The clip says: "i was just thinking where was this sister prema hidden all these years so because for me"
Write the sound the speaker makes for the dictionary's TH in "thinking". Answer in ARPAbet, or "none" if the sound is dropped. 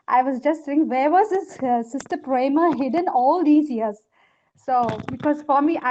S